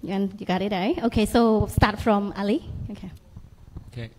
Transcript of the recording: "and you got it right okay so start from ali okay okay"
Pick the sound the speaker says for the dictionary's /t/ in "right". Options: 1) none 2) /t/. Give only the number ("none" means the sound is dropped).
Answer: 1